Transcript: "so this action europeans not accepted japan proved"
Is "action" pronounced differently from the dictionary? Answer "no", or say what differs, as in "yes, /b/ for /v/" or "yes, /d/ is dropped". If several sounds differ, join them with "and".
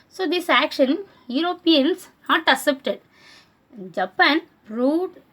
no